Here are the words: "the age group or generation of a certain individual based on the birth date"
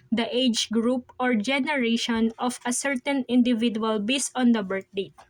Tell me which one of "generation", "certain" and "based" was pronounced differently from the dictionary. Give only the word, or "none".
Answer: based